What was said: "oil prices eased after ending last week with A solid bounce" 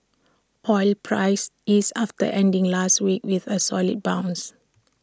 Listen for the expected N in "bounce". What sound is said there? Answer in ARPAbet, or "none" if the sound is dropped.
N